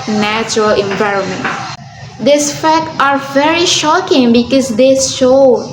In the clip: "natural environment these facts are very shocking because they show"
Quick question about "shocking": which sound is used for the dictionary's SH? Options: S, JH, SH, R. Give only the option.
SH